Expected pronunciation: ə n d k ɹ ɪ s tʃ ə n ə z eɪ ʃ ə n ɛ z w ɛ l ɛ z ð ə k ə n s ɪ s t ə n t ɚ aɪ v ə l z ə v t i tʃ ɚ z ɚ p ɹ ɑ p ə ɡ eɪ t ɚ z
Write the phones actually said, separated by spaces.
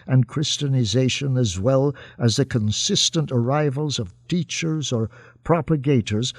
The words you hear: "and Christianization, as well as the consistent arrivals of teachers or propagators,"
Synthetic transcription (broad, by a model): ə n k ɹ ɪ s tʃ ə n ə z eɪ ʃ ə n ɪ z w ɛ l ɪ z ð ə k ə n s ɪ s t ə n t ɚ aɪ v ə l z ə v t i tʃ ɚ z ɚ p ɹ ɑ p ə ɡ eɪ t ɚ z